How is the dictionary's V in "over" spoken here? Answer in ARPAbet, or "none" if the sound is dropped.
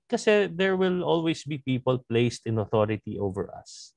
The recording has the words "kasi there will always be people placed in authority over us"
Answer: V